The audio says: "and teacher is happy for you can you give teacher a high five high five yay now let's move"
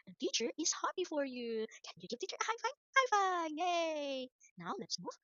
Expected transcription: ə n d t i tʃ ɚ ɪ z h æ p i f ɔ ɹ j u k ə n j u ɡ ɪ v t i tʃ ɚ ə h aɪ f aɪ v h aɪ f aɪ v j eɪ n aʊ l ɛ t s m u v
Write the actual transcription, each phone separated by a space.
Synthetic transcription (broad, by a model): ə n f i tʃ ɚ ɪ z h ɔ b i f ɔ ɹ j u k ə n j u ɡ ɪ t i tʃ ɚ h aɪ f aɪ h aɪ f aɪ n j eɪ n aʊ l ɛ t s m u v